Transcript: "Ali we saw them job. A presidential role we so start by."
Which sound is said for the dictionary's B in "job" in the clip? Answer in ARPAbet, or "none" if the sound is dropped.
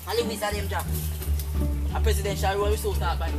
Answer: none